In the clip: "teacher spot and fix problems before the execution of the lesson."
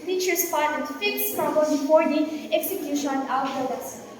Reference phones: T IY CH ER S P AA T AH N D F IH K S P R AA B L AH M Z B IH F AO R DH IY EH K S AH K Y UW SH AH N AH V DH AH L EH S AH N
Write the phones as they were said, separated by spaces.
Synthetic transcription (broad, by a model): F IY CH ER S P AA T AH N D F IH K S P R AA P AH Z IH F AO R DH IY EH K S AH K Y UW SH AH N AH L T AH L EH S